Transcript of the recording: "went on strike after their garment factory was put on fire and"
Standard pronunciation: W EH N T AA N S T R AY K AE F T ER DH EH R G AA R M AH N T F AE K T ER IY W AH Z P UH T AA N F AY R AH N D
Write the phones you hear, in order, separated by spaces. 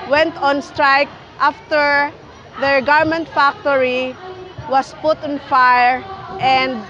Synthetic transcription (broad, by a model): W EH N T AA N S T R AY K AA F T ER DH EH R G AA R M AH N T F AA K T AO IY W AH S P UH T AA N F AY R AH N D